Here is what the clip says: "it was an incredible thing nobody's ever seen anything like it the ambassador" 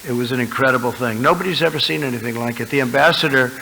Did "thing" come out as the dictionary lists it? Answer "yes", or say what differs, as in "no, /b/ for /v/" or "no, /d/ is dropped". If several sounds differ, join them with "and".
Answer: yes